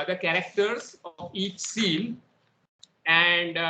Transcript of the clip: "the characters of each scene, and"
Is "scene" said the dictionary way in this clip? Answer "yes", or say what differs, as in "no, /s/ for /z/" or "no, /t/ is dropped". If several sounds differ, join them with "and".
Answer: no, /l/ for /n/